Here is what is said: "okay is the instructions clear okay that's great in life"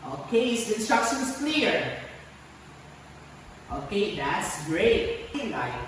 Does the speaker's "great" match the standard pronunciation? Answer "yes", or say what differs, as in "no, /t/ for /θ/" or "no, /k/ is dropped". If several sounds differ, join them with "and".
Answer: no, /t/ is dropped